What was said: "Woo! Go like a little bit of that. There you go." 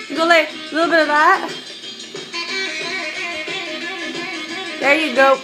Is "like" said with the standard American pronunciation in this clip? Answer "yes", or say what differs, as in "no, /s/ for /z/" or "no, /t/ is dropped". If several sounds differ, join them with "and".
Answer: no, /k/ is dropped